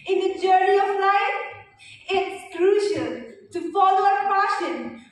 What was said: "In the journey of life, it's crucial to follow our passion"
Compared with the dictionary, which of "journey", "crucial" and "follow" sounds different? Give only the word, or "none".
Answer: crucial